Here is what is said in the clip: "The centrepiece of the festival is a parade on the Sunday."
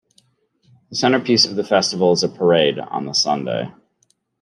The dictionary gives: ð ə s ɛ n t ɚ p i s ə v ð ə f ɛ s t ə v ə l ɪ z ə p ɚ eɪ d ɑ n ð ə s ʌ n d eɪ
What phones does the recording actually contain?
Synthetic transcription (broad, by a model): ð ə s ɛ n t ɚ p i s ə v ð ə f ɛ s t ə v l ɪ z ə p ɚ eɪ d n ð ə s ʌ n d eɪ